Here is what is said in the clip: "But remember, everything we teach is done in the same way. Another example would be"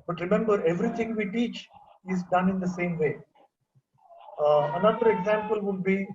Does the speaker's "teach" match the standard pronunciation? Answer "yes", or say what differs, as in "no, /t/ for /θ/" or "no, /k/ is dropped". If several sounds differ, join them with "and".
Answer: yes